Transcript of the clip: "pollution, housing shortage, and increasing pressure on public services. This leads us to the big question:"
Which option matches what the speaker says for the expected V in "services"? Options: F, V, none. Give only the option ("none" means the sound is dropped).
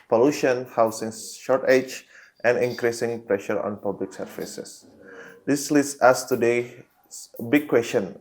F